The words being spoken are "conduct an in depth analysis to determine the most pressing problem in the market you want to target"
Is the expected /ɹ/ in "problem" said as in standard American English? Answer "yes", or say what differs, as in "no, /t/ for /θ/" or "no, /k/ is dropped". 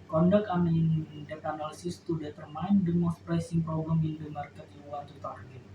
no, /ɹ/ is dropped